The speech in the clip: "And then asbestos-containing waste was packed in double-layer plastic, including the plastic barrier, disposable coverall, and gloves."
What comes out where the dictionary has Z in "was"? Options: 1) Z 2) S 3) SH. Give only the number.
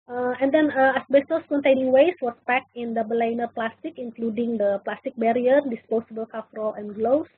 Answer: 2